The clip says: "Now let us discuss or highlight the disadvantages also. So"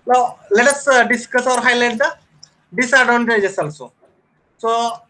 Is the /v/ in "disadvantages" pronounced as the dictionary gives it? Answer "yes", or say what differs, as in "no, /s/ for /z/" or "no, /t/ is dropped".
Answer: no, /v/ is dropped